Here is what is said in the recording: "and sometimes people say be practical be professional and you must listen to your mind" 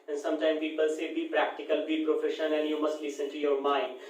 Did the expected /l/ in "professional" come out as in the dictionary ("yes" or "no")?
no